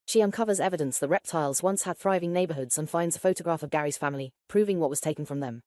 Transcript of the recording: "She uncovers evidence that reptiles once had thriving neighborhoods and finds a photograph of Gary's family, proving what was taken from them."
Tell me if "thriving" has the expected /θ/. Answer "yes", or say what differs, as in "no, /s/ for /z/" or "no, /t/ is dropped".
yes